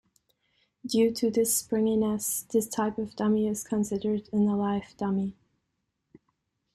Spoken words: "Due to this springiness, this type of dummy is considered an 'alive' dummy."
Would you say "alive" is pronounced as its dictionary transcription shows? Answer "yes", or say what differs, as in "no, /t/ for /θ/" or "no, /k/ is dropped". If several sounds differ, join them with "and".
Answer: no, /f/ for /v/